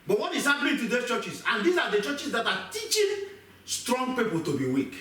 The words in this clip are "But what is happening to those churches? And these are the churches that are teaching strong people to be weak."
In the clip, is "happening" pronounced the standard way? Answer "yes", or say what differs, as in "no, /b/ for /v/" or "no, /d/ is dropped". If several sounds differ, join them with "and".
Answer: no, /l/ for /n/